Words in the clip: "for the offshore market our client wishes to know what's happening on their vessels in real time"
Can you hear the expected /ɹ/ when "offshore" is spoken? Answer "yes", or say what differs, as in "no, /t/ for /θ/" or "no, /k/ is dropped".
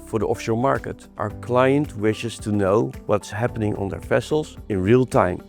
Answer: no, /l/ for /ɹ/